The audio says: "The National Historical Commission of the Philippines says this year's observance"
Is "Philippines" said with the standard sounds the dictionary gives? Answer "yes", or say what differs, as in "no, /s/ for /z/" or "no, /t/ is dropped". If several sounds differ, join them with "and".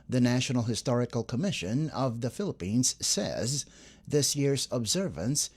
yes